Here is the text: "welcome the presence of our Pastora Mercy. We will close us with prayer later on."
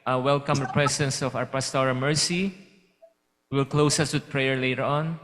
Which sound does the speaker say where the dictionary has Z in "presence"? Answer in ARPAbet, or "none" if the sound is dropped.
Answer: S